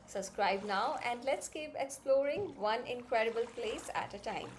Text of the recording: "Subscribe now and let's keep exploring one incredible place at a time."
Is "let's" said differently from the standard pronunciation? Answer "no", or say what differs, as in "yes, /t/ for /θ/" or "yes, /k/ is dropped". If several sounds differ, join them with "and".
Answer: no